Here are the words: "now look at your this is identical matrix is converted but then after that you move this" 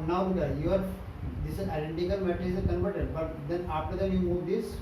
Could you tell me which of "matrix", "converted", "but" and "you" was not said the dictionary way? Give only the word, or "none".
matrix